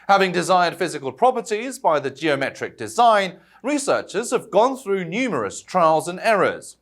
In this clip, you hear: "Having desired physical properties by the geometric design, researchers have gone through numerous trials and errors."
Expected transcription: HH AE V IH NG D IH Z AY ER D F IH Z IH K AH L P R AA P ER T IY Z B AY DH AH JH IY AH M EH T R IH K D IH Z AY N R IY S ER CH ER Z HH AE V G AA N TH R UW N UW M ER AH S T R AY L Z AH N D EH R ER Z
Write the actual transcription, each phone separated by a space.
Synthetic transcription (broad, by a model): HH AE V IH NG D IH Z AY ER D F IH Z IH K AH L P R AA P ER T IY Z B AY DH AH JH IY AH M EH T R IH K D IH Z AY N R IY S ER CH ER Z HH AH V G AA N TH R UW N UW M ER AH S T R AY L Z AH N EH R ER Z